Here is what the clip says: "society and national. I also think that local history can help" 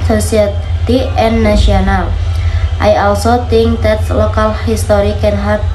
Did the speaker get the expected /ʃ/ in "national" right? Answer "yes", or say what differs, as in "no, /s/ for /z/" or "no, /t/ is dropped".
no, /ʃ/ is dropped